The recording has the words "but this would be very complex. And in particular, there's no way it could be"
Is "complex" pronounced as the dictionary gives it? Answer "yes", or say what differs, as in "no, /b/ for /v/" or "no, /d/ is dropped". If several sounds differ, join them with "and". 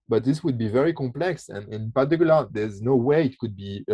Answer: yes